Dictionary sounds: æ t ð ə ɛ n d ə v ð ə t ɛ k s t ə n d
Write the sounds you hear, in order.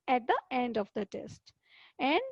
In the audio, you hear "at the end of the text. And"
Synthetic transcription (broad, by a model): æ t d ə ɛ n d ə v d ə t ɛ s t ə n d